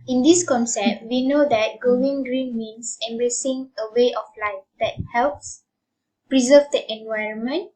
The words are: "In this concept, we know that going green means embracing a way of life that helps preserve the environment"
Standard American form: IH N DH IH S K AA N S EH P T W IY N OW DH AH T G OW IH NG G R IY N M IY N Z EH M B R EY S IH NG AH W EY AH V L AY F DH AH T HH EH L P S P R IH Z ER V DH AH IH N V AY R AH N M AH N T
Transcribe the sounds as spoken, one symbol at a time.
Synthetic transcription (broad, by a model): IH N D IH S K AA N S EH P T W IY N OW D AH T G OW IH NG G R IY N M IY N S EH M B R EY S IH NG AH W EY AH F L AY F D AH T HH EH L P S P R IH Z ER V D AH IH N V AY R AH N M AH N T